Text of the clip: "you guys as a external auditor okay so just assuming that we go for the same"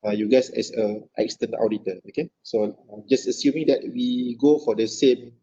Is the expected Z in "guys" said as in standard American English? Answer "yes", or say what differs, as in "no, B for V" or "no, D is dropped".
no, S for Z